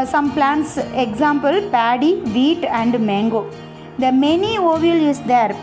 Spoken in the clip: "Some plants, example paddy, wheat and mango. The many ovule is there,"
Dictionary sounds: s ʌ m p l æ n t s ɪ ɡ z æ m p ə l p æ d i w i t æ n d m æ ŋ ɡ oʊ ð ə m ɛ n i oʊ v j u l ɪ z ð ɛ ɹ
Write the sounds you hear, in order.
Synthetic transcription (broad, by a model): s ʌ m p l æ n t s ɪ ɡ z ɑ m p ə l p æ d i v i t æ n d m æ ŋ ɡ oʊ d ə m ɛ n i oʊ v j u l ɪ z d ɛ ɹ